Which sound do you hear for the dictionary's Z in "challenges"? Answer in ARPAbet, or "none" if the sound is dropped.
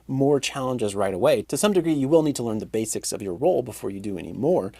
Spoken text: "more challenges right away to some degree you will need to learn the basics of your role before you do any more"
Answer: Z